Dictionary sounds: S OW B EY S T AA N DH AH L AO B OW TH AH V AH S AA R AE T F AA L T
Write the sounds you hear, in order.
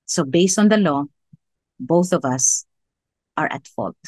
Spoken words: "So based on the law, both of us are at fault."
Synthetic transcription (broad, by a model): S OW B EY S T AA N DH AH L AO B OW TH AH V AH S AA R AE T F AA L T